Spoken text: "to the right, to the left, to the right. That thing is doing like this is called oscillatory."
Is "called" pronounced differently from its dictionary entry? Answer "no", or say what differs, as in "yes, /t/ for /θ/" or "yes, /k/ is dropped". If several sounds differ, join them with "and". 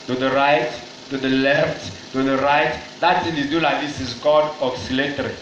yes, /l/ is dropped